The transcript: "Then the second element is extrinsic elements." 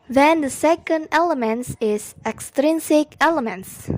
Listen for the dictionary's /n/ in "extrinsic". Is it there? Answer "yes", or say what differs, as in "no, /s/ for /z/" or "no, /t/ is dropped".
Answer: yes